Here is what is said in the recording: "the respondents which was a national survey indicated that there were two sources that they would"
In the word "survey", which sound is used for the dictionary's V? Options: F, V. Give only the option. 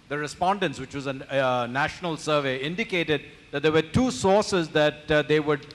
V